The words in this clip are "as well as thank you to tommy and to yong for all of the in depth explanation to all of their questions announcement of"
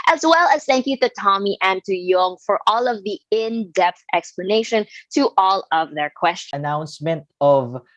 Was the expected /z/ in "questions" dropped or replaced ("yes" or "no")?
yes